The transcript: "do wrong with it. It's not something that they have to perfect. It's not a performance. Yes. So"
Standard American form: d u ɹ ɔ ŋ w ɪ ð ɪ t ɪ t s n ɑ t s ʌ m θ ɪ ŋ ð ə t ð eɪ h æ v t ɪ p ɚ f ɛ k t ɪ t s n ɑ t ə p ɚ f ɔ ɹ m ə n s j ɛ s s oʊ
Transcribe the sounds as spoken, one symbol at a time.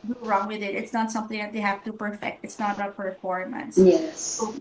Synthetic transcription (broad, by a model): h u ɹ ɔ ŋ w ɪ ð ɪ t ɪ t s n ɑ t s ʌ m θ ɪ ŋ ð ə t ð eɪ h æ f t ɪ p ɚ f ɛ k t ɪ t s n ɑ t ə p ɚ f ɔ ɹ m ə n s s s oʊ